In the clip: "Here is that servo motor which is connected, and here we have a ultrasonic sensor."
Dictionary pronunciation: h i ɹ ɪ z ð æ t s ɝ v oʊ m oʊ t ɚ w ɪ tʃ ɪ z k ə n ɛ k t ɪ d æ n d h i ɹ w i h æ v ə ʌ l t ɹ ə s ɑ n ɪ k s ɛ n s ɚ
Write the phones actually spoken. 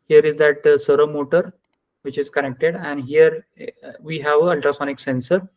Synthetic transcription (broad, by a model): h i ɹ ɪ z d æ t s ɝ oʊ m oʊ t ɚ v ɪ tʃ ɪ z k ə n ɛ k t ɪ d æ n d h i ɹ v i h æ v ə ʌ l t ɹ ə s ɑ n ɪ k s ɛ n s ɚ